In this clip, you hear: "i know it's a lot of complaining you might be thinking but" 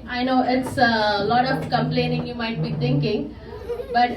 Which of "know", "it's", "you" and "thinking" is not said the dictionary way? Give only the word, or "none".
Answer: thinking